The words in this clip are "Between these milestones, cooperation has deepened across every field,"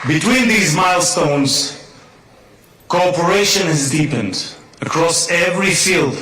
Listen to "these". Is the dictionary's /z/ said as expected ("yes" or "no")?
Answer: yes